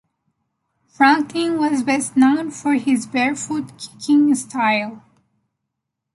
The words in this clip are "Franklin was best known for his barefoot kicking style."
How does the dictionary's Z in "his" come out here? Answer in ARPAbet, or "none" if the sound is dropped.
Z